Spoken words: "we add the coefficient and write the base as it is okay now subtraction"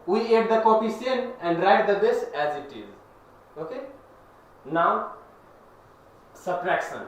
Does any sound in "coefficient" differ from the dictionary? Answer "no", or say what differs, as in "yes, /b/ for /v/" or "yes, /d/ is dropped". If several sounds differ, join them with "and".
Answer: yes, /s/ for /ʃ/ and /t/ is dropped